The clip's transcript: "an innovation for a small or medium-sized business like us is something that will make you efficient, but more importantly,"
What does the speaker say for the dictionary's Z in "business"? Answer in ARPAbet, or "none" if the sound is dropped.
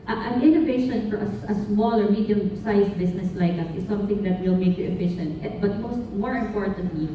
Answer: S